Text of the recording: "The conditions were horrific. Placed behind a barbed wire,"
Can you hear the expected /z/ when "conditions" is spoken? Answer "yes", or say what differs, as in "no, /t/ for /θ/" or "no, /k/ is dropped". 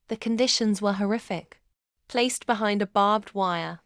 yes